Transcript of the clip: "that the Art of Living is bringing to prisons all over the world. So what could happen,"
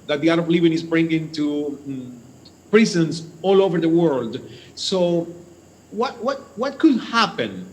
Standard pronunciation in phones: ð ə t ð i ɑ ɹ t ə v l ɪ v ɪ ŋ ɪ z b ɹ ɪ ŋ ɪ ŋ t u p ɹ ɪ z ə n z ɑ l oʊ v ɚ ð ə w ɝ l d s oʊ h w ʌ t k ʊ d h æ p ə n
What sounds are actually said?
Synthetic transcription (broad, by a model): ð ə t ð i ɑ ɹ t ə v l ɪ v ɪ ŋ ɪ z b ɹ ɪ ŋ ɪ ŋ t u p ɹ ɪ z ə n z ɑ l oʊ v ɚ ð ə w ɝ l d s oʊ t w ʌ t k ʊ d h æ p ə n